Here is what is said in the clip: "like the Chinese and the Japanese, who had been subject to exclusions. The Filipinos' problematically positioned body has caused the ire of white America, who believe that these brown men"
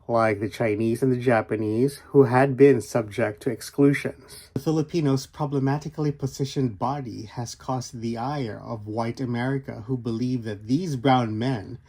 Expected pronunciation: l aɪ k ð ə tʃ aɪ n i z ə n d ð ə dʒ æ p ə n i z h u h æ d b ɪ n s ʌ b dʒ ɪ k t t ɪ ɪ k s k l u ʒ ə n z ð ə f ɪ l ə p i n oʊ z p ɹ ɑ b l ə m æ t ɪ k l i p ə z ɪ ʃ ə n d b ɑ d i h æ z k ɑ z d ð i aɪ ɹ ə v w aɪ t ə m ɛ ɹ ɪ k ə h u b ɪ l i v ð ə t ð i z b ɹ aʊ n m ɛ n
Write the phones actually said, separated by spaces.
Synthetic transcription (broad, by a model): l aɪ k ð ə tʃ aɪ n i z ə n ð ə dʒ æ p ə n i z h u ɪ d b ɪ n s ʌ b dʒ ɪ k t t ɪ ɪ k s k l u ʒ ə n z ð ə f ɪ l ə p i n oʊ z p ɹ ɑ b l ə m æ t ɪ k l i p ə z ɪ ʃ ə n b ɑ d i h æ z k ɑ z ð i aɪ ɹ ə v w aɪ t ə m ɛ ɹ ɪ k ə h u b ɪ l i v ð ə t ð i z b ɹ aʊ n m ɛ n